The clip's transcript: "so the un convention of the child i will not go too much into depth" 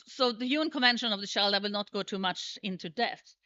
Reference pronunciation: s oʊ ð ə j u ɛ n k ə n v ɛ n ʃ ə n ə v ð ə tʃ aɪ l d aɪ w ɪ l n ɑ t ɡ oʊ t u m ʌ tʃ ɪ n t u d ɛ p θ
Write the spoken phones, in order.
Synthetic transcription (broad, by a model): s oʊ ð ə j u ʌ n k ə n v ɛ n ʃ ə n ə v ð ə ʃ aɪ l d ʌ w ɪ l n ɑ t ɡ oʊ t u m ʌ tʃ ɪ n t u d ɛ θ